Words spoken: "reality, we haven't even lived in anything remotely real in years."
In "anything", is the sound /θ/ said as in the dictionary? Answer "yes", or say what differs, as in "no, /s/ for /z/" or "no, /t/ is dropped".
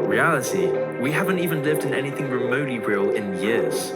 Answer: yes